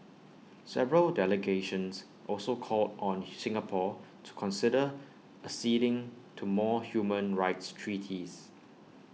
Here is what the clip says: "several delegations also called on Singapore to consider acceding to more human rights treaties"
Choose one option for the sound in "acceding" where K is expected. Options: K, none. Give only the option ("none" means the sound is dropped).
none